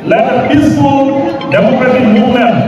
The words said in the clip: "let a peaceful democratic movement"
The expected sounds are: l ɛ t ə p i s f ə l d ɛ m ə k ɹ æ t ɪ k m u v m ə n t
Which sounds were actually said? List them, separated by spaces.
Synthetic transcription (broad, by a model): l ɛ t ə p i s ə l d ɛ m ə k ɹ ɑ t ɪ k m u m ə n